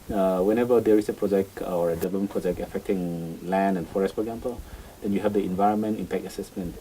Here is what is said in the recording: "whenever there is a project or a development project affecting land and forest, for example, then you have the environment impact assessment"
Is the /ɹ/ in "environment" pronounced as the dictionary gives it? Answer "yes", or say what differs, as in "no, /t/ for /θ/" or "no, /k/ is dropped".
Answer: yes